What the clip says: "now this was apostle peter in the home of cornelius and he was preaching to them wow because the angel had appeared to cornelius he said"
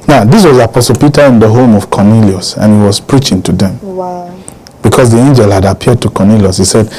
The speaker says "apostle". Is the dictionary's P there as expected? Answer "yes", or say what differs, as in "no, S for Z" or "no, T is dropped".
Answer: yes